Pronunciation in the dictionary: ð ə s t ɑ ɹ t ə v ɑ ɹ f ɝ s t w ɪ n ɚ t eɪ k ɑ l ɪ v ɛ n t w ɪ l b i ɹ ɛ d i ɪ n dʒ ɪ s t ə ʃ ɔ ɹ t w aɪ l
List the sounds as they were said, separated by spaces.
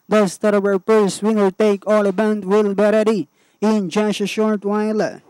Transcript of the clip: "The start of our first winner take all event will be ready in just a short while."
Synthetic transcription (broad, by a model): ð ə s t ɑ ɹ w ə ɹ p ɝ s w ɪ n ɚ t eɪ k ɑ l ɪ b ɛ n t w ɪ l b i ɹ ɛ d i ɪ n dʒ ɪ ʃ ə ʃ ɔ ɹ t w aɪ l